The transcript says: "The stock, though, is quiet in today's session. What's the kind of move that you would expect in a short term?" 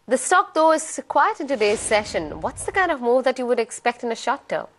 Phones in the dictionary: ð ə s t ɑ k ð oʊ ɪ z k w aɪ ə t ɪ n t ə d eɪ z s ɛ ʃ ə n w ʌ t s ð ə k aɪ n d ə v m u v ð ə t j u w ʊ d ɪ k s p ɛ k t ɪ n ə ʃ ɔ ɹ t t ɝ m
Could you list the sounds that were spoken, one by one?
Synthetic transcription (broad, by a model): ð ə s t ɑ k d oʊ ɪ z k w aɪ ə t ɪ n t ə d eɪ z s ɛ ʃ ə n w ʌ t s ð ə k aɪ n d ə v m u v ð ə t j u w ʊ d ɪ k s p ɛ k t ɪ n ə ʃ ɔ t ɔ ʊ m